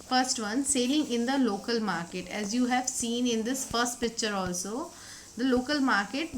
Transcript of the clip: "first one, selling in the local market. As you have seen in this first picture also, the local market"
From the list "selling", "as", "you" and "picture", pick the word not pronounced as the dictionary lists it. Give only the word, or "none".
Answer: none